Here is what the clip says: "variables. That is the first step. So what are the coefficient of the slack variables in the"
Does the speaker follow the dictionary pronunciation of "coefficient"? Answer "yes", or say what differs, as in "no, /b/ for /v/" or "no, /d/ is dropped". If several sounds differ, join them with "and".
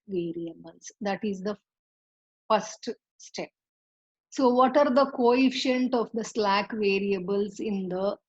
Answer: yes